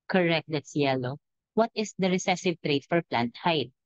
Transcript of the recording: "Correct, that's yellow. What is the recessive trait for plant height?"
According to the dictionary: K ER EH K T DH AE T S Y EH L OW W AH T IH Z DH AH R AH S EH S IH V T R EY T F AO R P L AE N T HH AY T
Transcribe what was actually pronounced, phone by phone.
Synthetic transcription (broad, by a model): K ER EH K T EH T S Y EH L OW W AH T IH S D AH R AH S EH S IH V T R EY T F AO R P L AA N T HH AY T